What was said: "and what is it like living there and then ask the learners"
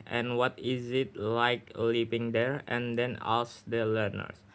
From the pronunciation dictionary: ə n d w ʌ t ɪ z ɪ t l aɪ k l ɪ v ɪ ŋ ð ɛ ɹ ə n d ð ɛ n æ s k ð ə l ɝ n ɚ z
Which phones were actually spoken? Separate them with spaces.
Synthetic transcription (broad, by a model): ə n w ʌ t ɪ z ɪ t l aɪ k l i p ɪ ŋ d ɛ ɹ ə n d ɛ n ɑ s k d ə l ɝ n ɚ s